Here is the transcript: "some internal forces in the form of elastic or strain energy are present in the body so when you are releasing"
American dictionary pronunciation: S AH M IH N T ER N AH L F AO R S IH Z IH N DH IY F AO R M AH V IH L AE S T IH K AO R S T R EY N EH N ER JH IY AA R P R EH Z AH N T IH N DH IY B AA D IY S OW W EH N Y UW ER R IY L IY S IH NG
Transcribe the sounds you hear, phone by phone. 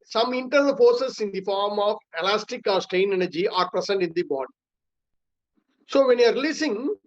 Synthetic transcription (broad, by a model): S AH M IH N T ER N AH L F AO R S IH S IH N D IY F AO R M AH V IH L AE S T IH K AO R S T EY N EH N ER JH IY AA R P R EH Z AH N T IH N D IY B AA D IY S OW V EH N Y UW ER R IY L IY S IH NG